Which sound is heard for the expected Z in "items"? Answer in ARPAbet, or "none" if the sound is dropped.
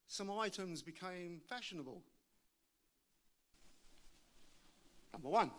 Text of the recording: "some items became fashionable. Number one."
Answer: Z